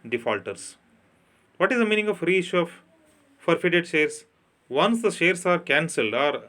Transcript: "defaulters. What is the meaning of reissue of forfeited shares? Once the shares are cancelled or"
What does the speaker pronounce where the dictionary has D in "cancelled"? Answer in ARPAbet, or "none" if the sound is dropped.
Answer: D